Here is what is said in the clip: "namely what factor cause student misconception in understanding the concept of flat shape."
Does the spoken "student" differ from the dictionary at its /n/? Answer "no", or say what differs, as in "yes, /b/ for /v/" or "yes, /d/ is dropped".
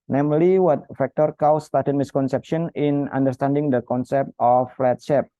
yes, /n/ is dropped